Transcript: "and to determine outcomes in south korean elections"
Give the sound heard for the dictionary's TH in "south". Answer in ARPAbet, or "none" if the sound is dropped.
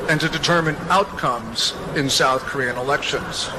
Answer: TH